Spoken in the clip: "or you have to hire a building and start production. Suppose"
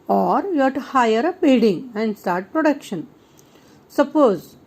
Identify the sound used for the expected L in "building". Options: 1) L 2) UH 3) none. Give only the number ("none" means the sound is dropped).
3